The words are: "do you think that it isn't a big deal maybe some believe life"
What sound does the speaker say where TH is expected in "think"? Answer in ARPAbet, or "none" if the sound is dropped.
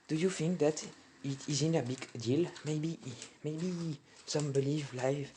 F